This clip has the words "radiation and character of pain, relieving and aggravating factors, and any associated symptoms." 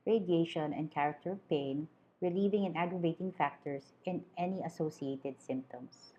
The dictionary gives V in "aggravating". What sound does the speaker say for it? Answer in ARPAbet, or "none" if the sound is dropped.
V